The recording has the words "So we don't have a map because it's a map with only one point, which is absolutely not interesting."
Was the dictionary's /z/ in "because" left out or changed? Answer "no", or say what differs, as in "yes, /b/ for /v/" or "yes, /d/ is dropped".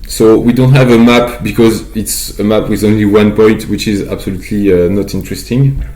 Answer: no